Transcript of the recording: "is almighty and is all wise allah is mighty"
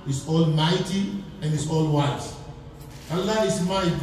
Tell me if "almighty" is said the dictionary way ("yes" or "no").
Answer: yes